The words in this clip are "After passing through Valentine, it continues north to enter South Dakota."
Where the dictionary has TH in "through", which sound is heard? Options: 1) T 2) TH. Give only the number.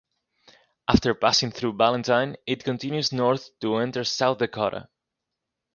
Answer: 2